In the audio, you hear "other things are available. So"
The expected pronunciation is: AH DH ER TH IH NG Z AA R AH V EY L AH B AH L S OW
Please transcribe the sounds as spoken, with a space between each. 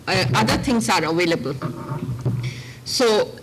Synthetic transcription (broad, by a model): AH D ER T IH NG S AA R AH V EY L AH B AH L S OW